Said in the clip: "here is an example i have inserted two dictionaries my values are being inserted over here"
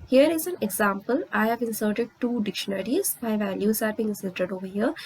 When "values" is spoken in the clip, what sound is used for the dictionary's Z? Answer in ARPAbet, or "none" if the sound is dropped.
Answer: S